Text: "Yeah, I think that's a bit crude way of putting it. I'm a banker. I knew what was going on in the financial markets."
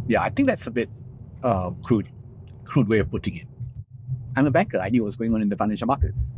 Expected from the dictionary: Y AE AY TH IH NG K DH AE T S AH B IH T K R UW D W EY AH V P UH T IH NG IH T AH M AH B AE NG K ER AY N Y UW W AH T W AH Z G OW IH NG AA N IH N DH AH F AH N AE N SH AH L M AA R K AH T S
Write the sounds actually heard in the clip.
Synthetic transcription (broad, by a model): Y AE AY TH IH NG K DH AE T S AH B IH T K R UW D W EY AH V P UH T IH NG IH T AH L AH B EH K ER AY N Y UW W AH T W AH Z G OW IH NG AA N IH N DH AH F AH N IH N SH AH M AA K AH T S